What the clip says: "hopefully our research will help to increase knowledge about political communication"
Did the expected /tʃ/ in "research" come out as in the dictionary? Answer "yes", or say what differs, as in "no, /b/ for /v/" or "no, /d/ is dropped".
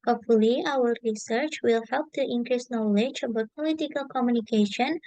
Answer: yes